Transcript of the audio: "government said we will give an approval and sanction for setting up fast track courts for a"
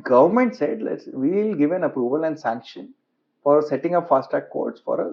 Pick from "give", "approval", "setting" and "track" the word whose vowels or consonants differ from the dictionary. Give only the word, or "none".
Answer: track